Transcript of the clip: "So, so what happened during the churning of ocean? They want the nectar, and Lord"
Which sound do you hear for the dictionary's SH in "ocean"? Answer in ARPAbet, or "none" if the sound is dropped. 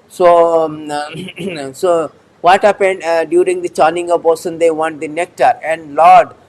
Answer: S